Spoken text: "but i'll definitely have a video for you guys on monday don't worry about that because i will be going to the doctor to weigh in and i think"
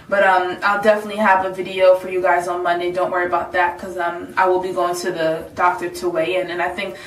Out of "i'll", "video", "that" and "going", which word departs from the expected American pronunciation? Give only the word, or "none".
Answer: none